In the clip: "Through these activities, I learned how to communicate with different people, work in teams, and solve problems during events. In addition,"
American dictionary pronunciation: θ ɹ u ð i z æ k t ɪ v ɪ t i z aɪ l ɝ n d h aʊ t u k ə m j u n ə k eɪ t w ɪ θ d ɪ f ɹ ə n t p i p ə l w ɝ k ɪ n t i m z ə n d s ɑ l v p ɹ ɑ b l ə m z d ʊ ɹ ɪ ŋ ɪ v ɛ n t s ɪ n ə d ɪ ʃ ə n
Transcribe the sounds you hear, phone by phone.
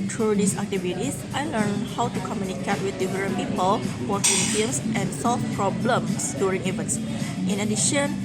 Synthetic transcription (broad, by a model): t ɹ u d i s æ k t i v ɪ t i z aɪ l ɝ n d h aʊ t u k ə m j u n ə k eɪ t w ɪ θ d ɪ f ɹ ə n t p i p ə l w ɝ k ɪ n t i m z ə n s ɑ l f p ɹ ɑ b l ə m s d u ɹ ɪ ŋ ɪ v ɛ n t s ɪ n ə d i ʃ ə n